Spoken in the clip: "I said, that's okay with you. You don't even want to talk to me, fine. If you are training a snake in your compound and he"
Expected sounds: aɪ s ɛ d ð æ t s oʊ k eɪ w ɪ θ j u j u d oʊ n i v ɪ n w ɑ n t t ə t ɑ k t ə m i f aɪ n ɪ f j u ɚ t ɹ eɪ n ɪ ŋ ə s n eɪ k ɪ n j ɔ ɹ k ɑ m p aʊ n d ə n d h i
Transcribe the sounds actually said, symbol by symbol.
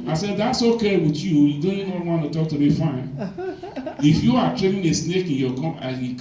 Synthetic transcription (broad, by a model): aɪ s ɛ d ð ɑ t s oʊ k eɪ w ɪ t j u j u d oʊ n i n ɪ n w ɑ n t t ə t ɑ k t ə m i f aɪ n ɪ f j u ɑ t ɹ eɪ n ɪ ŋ ə s n eɪ k ɪ n j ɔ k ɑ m aʊ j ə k